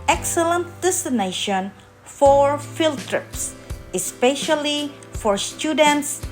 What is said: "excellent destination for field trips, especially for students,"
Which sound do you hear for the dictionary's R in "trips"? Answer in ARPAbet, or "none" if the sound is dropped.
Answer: R